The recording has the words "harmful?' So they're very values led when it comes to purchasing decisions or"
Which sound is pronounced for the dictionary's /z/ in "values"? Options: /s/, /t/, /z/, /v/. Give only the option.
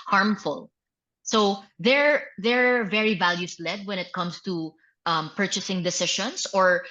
/s/